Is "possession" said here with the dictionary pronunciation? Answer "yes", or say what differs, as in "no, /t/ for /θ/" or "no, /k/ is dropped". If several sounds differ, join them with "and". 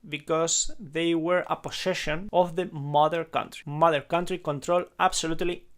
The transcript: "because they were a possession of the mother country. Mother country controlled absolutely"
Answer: no, /s/ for /z/